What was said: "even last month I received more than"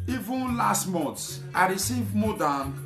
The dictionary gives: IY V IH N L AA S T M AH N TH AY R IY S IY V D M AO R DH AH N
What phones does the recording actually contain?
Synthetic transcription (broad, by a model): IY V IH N L AA S T M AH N S AY R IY S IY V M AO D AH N